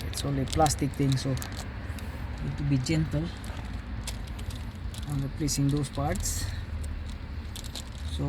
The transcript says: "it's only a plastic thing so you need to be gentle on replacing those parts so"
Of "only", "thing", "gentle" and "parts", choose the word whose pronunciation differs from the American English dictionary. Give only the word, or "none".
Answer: thing